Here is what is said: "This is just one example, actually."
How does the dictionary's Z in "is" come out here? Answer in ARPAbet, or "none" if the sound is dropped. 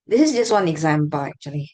Z